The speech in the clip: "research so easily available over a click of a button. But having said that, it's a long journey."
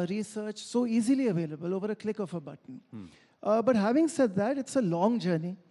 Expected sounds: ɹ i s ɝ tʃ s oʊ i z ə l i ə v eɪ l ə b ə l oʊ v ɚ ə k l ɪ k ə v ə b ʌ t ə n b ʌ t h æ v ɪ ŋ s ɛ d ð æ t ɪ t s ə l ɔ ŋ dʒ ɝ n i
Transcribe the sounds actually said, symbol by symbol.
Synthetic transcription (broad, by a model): ɹ i s ɝ tʃ s oʊ i z ə l i ə v eɪ l ə b ə l oʊ v ɚ ə k l ɪ k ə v ə b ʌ t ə n b ʌ t h æ v ɪ ŋ s ɛ d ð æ t ɪ t s ə l ɔ ŋ dʒ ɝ n i